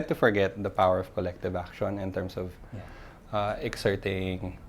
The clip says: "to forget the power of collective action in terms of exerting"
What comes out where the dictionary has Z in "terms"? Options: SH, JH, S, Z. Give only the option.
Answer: S